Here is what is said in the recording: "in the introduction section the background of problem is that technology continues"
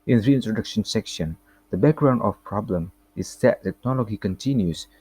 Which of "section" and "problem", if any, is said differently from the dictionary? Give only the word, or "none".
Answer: none